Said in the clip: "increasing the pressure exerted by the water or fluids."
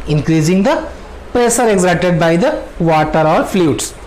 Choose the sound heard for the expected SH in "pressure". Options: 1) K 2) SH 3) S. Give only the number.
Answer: 3